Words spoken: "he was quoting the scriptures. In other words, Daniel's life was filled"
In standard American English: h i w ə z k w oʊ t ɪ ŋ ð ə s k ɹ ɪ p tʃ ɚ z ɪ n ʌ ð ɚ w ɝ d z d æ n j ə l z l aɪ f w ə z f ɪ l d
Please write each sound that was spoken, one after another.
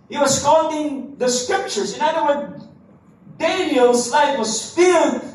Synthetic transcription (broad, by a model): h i w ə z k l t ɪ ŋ ð ə s k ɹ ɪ p tʃ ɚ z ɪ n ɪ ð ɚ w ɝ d d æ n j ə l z l aɪ f w ə z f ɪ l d